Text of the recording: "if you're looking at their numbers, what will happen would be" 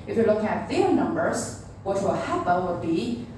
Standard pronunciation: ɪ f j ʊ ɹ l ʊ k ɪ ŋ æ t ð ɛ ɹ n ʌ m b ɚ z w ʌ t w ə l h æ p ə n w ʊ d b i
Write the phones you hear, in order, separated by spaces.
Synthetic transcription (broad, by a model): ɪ f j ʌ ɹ l ʊ k ɪ ŋ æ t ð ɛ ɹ n ʌ m b ɚ z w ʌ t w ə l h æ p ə l w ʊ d b i